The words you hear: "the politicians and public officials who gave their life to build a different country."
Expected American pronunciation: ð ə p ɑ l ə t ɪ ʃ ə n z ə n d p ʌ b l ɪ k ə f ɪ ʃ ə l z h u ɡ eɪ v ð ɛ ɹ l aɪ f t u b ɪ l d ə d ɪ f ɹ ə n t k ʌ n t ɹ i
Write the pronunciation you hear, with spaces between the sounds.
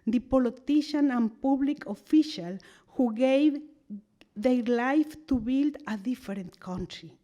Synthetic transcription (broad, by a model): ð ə p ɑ l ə t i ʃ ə n ə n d p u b l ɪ k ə f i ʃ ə l h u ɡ eɪ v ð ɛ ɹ l aɪ f t u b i l d ə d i f ɹ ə n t k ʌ n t ɹ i